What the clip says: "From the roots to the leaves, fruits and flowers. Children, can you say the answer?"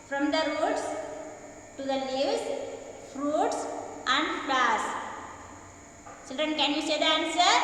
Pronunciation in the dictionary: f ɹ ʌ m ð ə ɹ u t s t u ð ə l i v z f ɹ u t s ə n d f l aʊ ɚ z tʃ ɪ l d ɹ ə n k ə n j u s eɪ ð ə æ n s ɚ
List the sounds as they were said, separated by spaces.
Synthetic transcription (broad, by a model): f ɹ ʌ m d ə ɹ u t s t u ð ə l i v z f ɹ u t s ə n d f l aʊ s tʃ ɪ l d ɹ ə n k ə n j u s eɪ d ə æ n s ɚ